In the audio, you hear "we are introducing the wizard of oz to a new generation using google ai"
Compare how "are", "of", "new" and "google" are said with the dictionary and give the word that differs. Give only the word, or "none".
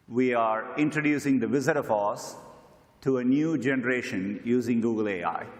of